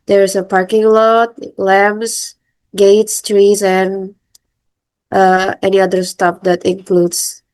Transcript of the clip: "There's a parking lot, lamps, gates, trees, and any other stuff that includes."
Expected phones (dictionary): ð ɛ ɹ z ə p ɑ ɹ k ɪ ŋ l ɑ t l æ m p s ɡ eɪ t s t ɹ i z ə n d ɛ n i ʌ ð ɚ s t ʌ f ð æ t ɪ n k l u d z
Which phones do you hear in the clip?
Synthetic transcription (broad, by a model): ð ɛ ɹ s ə p ɑ ɹ k ɪ ŋ l ɑ t l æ m s ɡ eɪ t s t ɹ i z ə n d ɛ n i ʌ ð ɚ s t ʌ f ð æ t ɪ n k l u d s